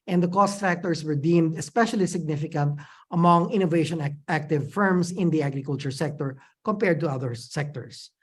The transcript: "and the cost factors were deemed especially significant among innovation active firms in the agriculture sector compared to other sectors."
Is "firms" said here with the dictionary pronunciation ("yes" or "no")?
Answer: no